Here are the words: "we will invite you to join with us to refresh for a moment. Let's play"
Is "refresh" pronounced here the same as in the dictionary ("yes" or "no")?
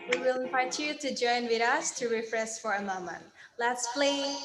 no